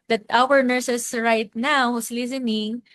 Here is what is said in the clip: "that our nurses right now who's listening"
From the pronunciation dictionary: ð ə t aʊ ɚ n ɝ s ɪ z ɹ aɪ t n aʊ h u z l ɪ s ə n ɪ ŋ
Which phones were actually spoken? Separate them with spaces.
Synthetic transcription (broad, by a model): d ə t aʊ ɚ n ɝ s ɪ s ɹ aɪ t n aʊ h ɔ s l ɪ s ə n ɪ ŋ